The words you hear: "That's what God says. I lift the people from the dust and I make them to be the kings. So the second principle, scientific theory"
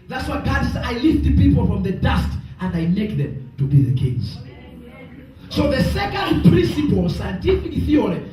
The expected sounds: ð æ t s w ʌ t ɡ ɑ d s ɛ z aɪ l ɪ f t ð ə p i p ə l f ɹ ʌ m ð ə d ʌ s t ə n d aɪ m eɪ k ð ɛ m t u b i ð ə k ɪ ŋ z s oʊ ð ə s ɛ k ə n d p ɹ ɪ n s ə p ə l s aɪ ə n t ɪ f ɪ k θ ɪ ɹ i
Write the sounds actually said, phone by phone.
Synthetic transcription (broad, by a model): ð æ t s w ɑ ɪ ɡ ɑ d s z aɪ l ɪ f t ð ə p i p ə l f ɹ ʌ m ð ə d ʌ s t ə n d aɪ m eɪ k ð ɛ m t u b i ð ə k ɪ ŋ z s oʊ ð ə s ɛ k ə n d p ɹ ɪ n s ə p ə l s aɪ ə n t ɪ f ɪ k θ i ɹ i